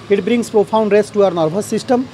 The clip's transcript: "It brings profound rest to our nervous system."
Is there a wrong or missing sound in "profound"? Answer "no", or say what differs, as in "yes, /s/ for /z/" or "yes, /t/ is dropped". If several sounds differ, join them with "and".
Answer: yes, /p/ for /f/